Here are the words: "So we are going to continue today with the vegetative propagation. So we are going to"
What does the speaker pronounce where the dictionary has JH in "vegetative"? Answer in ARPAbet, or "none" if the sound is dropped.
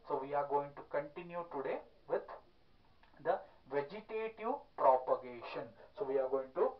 JH